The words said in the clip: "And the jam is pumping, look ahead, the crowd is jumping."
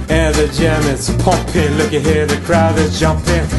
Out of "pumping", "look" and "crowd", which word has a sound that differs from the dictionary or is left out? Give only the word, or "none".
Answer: pumping